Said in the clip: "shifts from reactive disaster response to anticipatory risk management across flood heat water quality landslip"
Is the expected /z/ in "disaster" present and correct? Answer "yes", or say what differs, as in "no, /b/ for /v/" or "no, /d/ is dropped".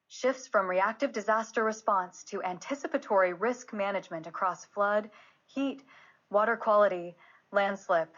yes